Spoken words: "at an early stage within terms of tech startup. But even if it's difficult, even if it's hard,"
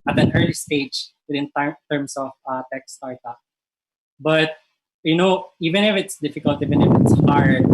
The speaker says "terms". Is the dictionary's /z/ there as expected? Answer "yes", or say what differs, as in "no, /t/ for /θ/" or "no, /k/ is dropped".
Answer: no, /s/ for /z/